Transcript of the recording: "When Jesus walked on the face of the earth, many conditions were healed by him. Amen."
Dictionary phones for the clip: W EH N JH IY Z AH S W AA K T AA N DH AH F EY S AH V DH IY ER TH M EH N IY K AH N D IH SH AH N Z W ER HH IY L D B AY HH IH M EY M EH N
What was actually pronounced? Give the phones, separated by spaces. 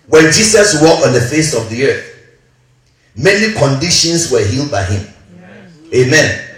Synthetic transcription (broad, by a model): W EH N JH IY S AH S W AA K AA N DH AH F EY S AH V DH IY ER TH M EH N IY K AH N D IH SH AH N S W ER HH IY L D B AY HH IH M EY M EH N